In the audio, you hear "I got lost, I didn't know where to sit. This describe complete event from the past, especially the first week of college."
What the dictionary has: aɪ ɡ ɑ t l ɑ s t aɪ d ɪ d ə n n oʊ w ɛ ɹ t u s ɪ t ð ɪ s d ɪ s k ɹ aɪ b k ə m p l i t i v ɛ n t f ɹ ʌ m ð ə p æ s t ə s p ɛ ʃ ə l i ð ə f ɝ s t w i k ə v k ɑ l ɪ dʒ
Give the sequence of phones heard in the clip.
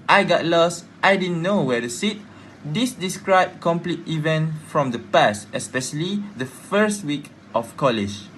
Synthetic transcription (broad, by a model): aɪ ɡ ɑ t l ɑ s t aɪ d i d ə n n oʊ w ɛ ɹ t u s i t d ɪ s d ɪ s k ɹ aɪ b k ə m p l i t i v ɛ n t f ɹ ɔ m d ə p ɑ s t ə s p ɛ ʃ ə l i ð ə f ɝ s t w i k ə f k ɑ l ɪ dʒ